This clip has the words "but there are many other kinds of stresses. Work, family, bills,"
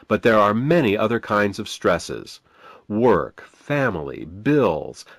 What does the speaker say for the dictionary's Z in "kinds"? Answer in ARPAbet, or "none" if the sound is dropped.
Z